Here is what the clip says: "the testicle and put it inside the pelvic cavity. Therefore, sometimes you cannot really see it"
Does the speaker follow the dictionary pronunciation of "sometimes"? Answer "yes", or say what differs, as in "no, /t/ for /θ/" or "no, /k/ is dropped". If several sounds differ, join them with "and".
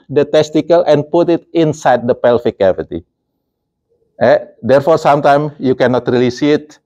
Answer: no, /z/ is dropped